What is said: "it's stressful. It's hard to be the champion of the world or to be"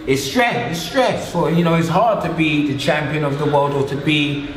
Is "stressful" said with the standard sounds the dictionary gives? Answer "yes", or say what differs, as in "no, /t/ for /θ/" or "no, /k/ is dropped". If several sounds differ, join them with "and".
no, /n/ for /l/